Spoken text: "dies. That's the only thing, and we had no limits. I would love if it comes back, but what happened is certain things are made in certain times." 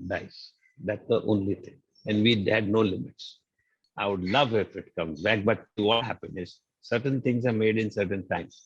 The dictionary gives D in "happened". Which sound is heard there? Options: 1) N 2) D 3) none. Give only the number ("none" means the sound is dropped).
3